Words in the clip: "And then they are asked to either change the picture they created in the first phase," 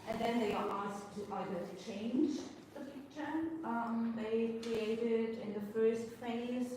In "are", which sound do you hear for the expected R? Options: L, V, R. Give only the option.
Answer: L